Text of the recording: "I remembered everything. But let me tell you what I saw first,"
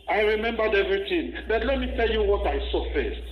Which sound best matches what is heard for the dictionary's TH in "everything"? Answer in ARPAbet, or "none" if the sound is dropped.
T